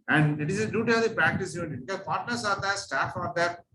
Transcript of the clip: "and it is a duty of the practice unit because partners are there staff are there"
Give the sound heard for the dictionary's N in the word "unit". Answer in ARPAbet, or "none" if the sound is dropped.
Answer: none